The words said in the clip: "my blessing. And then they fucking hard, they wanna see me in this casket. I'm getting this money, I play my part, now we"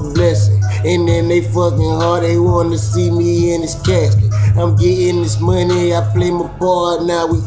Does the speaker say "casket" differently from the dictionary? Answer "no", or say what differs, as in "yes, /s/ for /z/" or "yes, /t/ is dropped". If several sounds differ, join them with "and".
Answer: yes, /t/ is dropped